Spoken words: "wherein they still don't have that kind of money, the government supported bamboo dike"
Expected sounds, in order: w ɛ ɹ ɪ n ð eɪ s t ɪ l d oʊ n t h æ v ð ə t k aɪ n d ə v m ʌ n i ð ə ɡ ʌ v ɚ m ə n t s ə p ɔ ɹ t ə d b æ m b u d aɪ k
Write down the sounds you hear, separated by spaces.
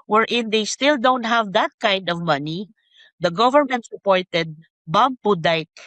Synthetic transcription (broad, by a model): w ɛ ɹ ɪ n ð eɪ s t ɪ l d oʊ n t h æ v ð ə t k aɪ n d ə v m ʌ n i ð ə ɡ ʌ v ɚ m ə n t s ə p ɔ ɹ t ə d b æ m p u d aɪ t